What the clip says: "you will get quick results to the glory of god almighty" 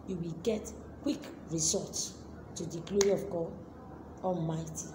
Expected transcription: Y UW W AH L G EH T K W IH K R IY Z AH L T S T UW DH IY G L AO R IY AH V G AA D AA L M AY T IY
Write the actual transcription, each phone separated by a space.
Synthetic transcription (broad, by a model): Y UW W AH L G EH T K W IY K R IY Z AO T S T UW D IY G L AO R IY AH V G AA D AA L M AY T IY